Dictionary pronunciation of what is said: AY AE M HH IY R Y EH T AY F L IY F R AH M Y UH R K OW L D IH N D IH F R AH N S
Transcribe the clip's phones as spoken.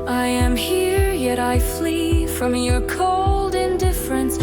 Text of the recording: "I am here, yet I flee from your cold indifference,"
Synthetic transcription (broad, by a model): AY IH M HH IY R Y EH T AY F L IY F R AH M Y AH R K OW L D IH N D IH F R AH N S